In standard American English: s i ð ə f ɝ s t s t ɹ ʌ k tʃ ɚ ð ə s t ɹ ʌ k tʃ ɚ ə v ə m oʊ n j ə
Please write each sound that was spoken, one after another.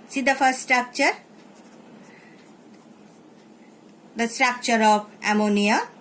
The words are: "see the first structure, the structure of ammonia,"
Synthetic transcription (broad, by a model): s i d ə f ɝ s s t ɹ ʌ k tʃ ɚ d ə s t ɹ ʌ k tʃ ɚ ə p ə m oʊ n j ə